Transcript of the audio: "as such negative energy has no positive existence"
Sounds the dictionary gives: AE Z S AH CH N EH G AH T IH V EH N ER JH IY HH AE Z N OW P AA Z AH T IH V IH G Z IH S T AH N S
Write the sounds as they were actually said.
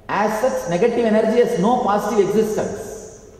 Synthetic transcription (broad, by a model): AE S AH S N EH G AH T IH V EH N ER JH IY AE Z N OW P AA S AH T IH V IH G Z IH S T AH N S